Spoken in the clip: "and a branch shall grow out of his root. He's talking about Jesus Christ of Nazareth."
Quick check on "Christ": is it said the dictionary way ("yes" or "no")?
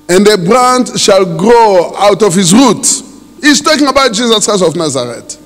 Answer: no